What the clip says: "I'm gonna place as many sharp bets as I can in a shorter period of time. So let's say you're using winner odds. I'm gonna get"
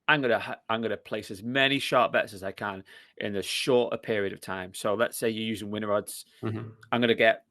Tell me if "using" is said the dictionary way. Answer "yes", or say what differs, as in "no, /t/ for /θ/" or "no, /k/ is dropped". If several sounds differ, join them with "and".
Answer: yes